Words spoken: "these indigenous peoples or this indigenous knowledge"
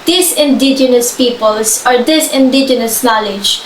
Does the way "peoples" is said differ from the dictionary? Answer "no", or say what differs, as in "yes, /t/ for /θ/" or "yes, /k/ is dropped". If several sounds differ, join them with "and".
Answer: yes, /s/ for /z/